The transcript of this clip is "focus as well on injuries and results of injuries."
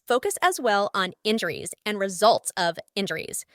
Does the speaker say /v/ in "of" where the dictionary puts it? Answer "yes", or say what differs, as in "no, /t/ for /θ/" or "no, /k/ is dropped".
yes